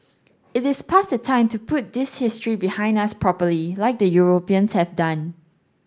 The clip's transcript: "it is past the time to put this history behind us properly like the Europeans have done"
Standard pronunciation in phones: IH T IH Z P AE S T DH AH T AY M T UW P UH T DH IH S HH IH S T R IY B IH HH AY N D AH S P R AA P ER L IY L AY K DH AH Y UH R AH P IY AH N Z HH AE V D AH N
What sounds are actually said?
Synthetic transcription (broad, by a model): IH T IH S P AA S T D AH T AY M T UW P UH T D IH S HH IH S T R IY B IH HH AY N D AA S P R AA P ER L IY L AY K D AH Y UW R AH P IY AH N S HH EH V D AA N